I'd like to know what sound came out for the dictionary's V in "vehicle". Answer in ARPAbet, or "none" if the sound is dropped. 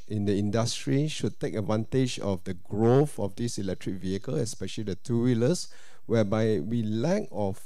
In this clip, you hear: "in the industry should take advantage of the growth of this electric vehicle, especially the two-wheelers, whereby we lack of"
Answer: V